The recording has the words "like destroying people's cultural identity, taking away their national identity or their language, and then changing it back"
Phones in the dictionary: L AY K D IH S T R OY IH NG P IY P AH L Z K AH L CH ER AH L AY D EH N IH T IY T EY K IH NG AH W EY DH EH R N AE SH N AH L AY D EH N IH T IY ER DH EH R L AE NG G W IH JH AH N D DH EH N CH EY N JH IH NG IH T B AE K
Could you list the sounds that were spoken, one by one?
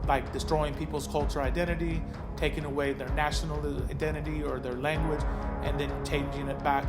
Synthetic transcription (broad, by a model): L AY K D IH S T R OY IH NG P IY P L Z K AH L CH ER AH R AY D EH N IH T IY T EY K IH NG AH W EY DH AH R N AE SH N L AY D EH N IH T IY ER DH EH R L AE NG G W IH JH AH N DH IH N CH EY N JH IH NG IH T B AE K